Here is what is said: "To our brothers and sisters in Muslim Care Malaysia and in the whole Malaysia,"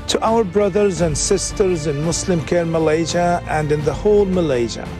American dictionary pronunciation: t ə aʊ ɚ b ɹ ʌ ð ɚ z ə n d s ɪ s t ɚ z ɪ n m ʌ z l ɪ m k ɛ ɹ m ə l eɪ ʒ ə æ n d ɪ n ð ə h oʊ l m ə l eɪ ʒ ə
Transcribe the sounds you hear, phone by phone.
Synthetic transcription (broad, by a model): t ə aʊ ɚ b ɹ ʌ ð ɚ z ə n d s ɪ s t ɚ z ɪ n m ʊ s l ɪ m k ɛ ɹ m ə l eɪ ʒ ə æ n d ɪ n ð ə h oʊ l m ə l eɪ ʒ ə